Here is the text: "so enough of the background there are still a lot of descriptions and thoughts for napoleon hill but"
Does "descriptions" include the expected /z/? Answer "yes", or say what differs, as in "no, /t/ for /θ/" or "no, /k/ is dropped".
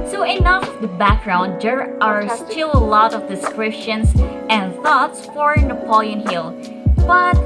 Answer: no, /s/ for /z/